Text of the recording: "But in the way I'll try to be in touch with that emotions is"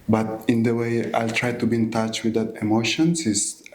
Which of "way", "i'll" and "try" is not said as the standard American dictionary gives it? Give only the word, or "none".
none